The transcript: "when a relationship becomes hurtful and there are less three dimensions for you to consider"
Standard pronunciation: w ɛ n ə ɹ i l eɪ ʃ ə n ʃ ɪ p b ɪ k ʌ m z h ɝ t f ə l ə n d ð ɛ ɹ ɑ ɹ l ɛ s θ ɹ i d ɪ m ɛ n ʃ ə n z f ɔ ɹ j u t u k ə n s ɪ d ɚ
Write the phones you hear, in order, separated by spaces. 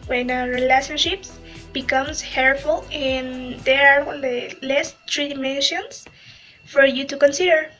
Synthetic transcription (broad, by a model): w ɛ n ə ɹ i l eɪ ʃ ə n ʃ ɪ p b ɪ k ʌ m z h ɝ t f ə l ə n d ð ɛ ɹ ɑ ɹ l ɛ s t ɹ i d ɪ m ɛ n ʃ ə n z f ɔ ɹ j u t u k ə n s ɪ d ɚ